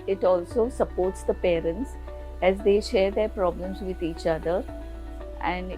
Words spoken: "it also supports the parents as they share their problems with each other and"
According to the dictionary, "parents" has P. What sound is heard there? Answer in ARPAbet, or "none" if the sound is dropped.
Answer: P